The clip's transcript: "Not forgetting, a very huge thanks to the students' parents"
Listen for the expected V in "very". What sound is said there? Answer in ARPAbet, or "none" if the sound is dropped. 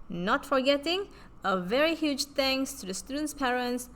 V